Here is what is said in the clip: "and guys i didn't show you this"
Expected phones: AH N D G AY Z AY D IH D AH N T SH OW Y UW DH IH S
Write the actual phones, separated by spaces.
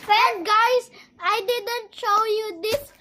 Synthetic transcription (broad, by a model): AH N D G AY S AY D IH D AH N T SH OW Y UW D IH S